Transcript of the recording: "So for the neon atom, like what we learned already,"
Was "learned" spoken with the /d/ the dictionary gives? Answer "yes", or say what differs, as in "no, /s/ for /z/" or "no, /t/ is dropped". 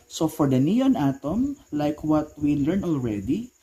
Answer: no, /d/ is dropped